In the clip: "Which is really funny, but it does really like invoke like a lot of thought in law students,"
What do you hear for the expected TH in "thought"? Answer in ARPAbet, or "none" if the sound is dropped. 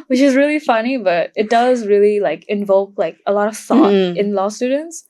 S